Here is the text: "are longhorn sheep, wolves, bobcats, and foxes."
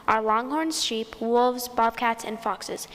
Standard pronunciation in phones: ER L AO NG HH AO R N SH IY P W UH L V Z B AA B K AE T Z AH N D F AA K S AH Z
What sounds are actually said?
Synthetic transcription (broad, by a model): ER L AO NG HH AO R N SH IY P W UH L V Z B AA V K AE T S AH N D F AA K S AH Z